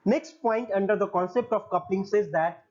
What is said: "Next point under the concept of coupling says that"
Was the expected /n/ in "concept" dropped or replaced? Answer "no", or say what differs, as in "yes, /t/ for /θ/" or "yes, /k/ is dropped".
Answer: no